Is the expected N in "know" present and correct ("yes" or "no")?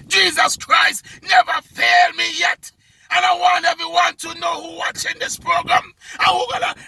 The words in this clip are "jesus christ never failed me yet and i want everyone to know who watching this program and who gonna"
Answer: yes